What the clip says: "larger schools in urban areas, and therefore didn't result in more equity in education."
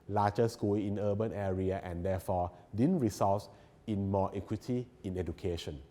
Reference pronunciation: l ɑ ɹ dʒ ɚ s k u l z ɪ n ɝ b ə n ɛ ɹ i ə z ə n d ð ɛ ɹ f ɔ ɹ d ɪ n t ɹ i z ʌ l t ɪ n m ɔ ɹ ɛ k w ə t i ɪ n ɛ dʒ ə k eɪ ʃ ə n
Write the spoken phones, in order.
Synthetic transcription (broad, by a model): l ɑ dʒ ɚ s k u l ɪ n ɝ b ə n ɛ ɹ i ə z ə n d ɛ f ɔ d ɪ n ɹ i s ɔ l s ɪ n m ɔ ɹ ɛ k w ə t i ɪ n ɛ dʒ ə k eɪ ʃ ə n